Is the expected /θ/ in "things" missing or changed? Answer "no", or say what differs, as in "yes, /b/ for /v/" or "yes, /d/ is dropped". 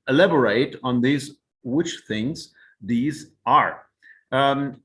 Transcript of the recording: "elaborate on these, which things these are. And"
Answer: no